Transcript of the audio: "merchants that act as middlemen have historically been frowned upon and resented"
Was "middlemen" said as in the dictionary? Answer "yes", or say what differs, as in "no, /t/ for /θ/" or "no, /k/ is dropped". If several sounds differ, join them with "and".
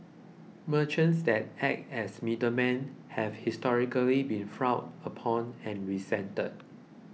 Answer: no, /l/ is dropped